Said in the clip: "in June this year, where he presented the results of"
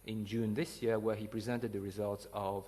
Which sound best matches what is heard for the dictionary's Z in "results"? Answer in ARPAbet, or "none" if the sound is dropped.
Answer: Z